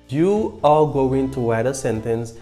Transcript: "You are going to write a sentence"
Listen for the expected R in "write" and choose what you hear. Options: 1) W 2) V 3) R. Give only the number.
1